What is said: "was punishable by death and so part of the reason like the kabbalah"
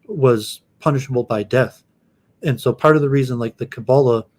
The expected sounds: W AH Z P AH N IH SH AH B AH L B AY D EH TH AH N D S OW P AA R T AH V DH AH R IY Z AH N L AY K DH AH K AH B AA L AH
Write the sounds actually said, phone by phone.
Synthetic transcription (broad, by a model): W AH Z P AH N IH SH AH B L B AY D EH TH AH N S OW P AA R T AH V DH AH R IY Z AH N L AY K DH AH K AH B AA L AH